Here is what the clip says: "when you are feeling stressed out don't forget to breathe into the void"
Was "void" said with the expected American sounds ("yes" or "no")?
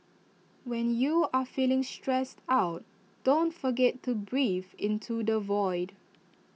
yes